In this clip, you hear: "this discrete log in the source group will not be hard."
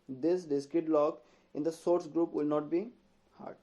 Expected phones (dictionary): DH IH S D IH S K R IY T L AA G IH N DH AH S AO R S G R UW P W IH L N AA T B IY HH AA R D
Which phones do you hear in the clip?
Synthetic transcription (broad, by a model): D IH S D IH S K IH T L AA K IH N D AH S AO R S G R UW P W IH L N AA T B IY HH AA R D